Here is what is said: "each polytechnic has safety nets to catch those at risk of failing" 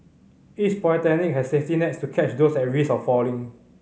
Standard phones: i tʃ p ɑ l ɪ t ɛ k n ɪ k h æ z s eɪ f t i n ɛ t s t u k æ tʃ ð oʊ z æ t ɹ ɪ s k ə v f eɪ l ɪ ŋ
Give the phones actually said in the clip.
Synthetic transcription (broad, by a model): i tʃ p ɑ ɪ t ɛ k n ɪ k h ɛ s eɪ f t i n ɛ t s t u k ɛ tʃ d oʊ s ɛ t ɹ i s ə f f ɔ l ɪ ŋ